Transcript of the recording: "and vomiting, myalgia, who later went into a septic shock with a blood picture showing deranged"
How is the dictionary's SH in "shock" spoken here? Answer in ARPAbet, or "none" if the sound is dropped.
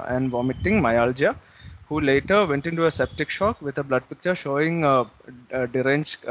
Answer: SH